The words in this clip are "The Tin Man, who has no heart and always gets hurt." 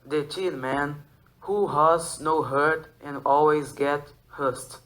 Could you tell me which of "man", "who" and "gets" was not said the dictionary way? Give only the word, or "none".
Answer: gets